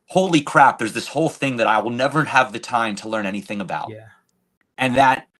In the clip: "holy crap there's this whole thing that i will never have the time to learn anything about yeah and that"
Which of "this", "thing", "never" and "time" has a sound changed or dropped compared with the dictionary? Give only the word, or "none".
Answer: none